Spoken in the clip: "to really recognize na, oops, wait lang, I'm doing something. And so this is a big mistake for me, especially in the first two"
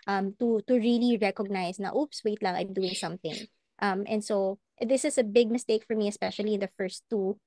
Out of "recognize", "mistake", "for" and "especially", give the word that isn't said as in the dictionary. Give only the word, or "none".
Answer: recognize